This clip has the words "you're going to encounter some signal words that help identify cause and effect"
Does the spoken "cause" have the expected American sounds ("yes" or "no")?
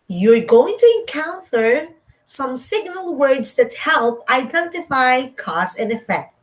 no